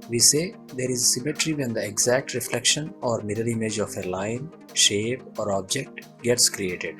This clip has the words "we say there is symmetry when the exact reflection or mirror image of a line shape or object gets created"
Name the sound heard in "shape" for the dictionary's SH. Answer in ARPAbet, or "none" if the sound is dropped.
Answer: SH